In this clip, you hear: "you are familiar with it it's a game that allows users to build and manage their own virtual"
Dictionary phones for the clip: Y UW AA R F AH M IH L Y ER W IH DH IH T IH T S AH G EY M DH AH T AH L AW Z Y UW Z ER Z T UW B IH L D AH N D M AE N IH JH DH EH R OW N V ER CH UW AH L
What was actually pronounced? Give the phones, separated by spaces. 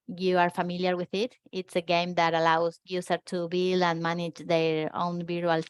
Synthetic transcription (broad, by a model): Y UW AA R F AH M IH L Y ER W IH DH IH T IH T S AH G EY M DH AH T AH L AW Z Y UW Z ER T UW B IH L AH N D M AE N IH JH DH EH R OW N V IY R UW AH L